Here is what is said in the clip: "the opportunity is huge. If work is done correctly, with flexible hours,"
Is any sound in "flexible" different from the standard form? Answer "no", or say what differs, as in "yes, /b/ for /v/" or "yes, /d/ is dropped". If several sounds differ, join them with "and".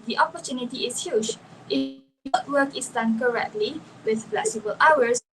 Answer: yes, /k/ is dropped